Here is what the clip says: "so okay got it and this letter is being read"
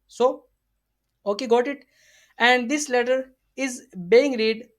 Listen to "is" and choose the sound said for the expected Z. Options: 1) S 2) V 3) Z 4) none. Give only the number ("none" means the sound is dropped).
3